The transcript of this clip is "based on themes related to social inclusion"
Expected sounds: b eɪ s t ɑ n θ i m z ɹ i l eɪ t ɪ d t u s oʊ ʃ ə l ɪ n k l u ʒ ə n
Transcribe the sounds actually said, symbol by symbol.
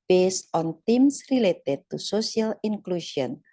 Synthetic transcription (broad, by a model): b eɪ s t ɑ n t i m s ɹ i l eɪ t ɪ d t u s oʊ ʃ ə l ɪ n k l u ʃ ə n